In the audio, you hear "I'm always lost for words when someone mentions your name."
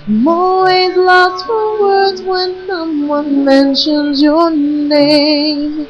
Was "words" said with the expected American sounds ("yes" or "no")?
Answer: yes